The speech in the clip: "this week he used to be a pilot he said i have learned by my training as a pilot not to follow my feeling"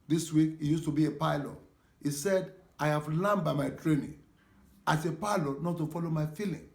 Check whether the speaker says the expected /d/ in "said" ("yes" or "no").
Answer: yes